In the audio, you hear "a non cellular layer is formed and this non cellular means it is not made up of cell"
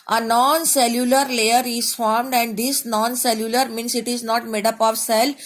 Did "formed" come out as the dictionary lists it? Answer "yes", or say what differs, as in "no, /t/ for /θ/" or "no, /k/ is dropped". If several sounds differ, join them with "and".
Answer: yes